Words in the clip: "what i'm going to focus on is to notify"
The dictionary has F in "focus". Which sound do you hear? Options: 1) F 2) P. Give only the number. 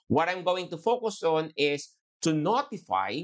1